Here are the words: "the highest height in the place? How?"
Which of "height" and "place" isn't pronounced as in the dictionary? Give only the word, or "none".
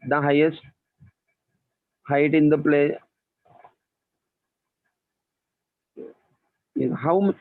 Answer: place